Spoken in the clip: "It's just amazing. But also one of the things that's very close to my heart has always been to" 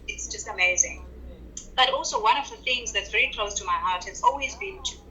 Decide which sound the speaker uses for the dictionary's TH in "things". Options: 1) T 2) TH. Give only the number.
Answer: 2